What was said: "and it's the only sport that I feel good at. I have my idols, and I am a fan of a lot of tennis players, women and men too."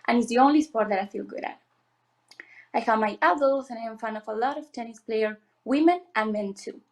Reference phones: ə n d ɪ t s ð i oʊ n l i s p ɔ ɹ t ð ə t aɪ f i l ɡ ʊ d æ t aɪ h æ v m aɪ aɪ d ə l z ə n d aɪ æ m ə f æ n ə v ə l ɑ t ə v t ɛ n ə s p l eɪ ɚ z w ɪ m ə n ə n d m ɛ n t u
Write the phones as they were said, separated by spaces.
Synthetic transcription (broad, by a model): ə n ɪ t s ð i oʊ n l i s p ɔ ɹ t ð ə t aɪ f i l ɡ ʊ d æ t aɪ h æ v m aɪ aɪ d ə l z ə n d aɪ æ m f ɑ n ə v ə l ɑ t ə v t ɛ n ə s p l eɪ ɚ w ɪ m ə n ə n m ɛ n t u